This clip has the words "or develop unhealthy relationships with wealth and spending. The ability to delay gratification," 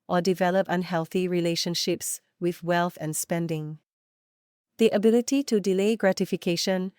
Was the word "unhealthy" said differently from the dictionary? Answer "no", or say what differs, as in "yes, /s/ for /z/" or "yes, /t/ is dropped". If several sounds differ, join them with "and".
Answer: no